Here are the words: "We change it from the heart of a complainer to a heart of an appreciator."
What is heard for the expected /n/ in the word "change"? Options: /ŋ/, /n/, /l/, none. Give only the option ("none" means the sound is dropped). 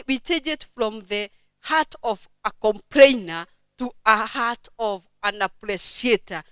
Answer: none